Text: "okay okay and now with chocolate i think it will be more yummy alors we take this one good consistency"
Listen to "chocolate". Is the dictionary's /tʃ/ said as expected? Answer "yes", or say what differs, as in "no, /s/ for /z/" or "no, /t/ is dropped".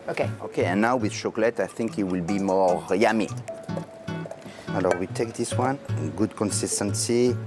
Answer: no, /ʃ/ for /tʃ/